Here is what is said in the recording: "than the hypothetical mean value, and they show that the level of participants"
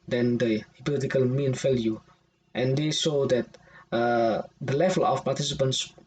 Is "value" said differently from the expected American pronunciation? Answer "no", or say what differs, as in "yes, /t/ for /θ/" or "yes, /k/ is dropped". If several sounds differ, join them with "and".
yes, /f/ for /v/